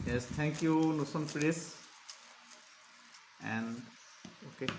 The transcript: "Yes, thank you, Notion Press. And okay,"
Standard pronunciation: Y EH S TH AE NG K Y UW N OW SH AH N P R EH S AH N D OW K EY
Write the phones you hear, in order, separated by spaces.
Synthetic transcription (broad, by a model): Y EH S T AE NG K Y UW N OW S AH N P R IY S AH N D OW K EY